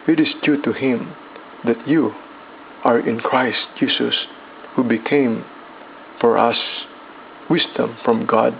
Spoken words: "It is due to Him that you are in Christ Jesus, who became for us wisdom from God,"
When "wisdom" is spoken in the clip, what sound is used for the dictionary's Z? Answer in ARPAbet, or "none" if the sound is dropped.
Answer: S